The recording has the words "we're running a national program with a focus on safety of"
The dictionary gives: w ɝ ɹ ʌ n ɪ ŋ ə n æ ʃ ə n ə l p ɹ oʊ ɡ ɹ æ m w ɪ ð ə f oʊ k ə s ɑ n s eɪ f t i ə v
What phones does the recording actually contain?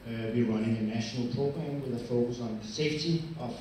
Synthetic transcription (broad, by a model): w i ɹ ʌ ɪ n ə n æ ʃ ə n ə l p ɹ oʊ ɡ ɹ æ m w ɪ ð ə f oʊ k ə s ɑ n s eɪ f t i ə